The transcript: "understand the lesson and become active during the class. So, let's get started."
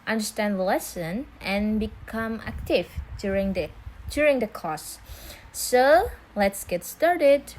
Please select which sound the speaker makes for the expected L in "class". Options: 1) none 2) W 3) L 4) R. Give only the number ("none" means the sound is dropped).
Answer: 1